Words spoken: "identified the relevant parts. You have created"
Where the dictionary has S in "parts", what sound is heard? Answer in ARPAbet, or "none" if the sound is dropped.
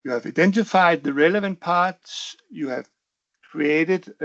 S